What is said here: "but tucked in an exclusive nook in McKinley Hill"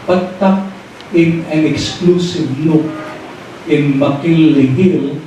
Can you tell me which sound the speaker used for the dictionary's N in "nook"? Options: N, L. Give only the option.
L